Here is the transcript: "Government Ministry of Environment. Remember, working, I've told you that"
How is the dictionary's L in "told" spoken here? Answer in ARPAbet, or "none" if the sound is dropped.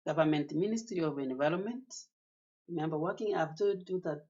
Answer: none